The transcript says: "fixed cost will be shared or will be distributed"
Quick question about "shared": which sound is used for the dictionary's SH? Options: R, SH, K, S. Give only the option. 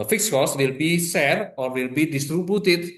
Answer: S